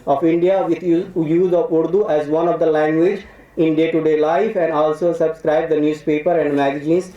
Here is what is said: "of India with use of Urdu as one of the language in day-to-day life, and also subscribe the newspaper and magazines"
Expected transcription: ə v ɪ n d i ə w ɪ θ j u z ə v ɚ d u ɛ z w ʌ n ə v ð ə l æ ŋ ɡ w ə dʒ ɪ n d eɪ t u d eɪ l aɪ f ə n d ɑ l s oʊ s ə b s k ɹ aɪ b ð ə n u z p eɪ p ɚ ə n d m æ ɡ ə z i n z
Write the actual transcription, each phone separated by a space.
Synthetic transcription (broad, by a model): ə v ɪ n d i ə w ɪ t j u z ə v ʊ d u ɛ z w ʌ n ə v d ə l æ ŋ ɡ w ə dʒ ɪ n d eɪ t u d eɪ l aɪ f ə n d ɑ l s oʊ s ə b s k ɹ aɪ b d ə n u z p eɪ p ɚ ə n d m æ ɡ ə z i n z